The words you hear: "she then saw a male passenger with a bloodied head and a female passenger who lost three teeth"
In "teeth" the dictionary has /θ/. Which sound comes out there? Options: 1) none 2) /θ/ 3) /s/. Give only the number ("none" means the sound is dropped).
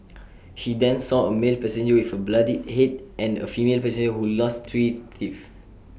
3